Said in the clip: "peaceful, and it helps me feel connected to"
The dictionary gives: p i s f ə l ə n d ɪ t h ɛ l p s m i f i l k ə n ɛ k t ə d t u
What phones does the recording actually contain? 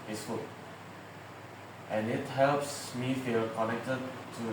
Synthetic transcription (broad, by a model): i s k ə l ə n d ɪ t h ɛ l p s m i f i l k ə n ɛ k t ə d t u